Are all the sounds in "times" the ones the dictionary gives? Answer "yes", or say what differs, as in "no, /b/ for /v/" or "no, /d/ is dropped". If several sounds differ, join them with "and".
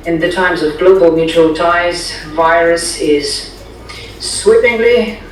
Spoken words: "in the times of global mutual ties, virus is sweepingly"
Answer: yes